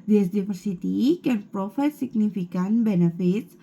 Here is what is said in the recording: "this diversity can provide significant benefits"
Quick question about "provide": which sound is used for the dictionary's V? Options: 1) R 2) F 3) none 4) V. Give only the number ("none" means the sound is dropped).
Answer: 2